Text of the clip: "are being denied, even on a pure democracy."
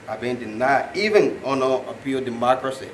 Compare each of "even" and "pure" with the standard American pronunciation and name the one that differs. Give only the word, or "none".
pure